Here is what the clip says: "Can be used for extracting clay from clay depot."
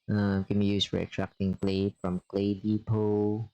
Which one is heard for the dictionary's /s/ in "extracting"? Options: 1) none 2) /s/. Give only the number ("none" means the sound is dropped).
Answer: 1